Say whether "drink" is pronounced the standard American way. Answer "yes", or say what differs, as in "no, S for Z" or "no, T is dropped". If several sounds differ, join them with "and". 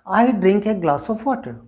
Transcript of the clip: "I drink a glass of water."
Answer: yes